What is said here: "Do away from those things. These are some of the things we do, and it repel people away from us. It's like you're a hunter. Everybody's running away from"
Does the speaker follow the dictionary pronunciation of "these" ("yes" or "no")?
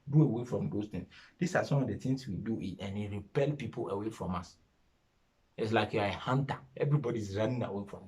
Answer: no